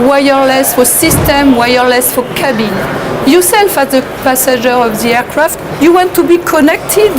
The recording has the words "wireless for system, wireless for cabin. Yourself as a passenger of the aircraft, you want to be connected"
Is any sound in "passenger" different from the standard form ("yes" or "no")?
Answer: yes